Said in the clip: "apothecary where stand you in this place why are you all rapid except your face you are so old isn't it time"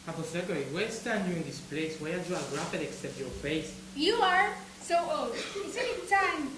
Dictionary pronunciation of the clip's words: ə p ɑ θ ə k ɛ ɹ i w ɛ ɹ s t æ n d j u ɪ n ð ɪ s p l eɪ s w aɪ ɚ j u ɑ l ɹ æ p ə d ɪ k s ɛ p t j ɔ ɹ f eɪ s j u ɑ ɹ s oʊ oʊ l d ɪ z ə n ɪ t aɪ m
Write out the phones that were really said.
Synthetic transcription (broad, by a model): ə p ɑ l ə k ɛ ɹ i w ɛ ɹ s t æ n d j u ɪ n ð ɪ s p l eɪ s w aɪ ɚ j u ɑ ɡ ɹ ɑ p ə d ɪ k s ɛ p t j ɔ ɹ f eɪ s j u ɑ ɹ s oʊ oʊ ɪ s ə ɪ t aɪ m